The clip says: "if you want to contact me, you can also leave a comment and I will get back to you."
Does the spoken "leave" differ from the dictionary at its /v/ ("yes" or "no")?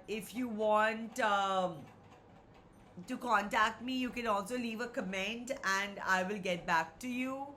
no